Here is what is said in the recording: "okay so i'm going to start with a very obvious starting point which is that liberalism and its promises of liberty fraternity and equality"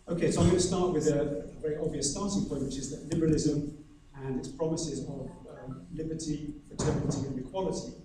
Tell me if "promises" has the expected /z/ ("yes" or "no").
yes